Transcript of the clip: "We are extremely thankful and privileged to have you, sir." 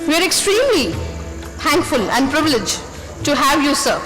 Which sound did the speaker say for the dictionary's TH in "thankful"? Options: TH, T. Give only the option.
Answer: T